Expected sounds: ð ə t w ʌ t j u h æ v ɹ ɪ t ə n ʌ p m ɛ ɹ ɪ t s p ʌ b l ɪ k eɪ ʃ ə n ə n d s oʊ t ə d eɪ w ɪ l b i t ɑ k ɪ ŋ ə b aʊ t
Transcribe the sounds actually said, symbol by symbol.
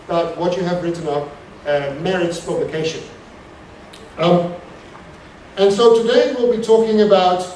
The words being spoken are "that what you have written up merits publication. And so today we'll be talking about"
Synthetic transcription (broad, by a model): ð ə t w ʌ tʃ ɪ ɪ v ɹ ɪ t n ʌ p m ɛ ɹ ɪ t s p ʌ b l ɪ k eɪ ʃ ə n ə n s oʊ t ə d eɪ w ɪ l b i t ɑ k ɪ ŋ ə b aʊ t